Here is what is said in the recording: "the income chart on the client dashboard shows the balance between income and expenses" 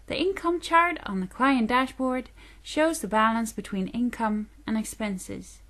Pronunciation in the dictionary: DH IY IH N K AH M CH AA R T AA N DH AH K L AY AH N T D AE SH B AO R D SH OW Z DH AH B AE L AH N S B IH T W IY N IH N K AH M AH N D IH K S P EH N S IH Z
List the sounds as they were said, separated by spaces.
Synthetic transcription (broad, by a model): DH IY IH N K AH M CH AA R T N DH AH K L AY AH N D AE SH B AO R D SH OW Z DH AH B AE L AH N S B IH T W IY N IH N K AH M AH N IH K S P EH N S IH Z